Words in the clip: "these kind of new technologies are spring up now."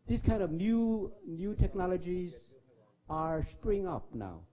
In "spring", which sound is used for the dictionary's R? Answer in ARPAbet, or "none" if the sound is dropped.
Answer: R